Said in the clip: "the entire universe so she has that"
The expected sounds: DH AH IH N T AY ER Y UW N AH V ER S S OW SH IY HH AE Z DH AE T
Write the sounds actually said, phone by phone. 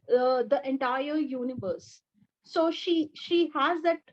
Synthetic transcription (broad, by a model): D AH IH N T AY ER Y UW N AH V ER S SH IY SH IY HH AE Z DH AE T